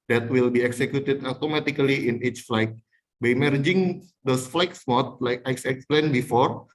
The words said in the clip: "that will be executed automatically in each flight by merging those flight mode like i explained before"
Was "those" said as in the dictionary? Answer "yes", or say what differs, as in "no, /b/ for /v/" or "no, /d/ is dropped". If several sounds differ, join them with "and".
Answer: no, /s/ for /z/